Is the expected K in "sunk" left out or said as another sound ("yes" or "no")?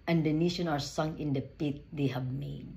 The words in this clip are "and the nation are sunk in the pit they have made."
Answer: yes